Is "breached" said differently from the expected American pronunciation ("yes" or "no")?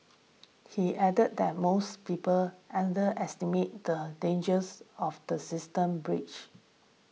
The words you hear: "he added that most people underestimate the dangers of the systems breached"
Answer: yes